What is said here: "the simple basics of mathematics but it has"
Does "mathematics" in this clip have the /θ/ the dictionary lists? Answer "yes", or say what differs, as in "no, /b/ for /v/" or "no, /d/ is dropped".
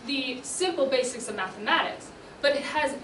yes